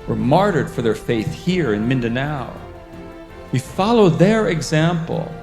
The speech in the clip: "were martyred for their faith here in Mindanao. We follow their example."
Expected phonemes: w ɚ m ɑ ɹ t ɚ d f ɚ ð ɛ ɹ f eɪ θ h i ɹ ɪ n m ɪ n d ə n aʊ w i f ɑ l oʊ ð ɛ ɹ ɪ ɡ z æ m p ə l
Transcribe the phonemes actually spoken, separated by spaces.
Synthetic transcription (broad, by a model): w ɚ m ɑ ɹ t ɚ d f ɚ ð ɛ ɹ f eɪ θ h i ɹ ɪ n m ɪ n d ə n aʊ w i f ɑ l oʊ ð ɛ ɹ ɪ ɡ z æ m p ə l